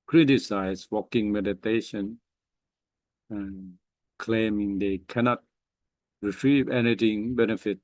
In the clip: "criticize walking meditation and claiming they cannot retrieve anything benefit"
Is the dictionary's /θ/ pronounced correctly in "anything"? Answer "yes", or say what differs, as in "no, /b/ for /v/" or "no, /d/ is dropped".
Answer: no, /t/ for /θ/